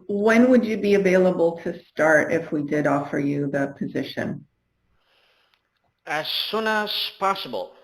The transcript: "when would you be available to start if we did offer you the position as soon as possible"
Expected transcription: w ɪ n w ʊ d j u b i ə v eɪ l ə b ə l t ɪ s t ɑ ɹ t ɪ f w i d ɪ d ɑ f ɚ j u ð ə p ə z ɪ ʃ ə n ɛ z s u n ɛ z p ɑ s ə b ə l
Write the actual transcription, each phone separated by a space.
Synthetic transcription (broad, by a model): w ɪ n w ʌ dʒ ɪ b i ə v eɪ l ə b l t ɪ s t ɑ ɹ t ɪ f w i d ɪ d ɑ f ɚ j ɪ ð ə p ə z ɪ ʃ ə n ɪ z s u n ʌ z p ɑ s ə b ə l